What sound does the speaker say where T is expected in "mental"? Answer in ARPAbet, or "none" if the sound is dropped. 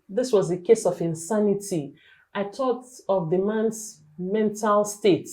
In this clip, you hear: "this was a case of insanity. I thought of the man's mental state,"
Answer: T